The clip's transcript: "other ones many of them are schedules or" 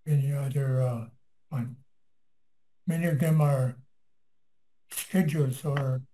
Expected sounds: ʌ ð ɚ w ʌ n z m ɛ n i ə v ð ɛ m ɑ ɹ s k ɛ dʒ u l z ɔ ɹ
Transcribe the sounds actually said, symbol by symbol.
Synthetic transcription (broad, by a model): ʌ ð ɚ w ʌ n m ɛ n i ə v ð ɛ m ɑ ɹ s k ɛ dʒ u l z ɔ ɹ